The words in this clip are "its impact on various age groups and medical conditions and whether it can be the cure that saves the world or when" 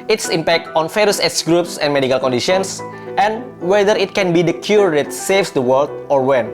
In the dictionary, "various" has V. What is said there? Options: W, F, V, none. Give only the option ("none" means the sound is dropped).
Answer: F